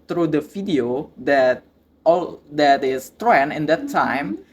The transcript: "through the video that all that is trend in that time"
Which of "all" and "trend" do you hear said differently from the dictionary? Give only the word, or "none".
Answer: trend